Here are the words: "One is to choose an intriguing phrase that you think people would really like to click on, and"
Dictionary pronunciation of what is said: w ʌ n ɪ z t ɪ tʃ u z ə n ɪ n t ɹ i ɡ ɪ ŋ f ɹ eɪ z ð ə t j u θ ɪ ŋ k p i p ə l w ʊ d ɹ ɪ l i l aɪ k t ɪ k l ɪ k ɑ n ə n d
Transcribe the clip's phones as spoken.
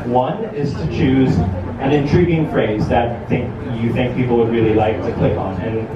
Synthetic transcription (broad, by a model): w ʌ n ɪ z t ɪ tʃ u z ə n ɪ n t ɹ i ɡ ɪ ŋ f ɹ eɪ z ð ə t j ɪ θ ɪ ŋ k p i p l w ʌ d ɹ ɪ l i l aɪ k t ɪ k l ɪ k n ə n